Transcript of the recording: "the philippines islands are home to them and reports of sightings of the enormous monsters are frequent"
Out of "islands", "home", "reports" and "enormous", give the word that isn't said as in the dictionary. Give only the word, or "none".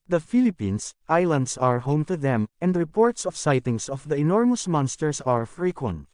islands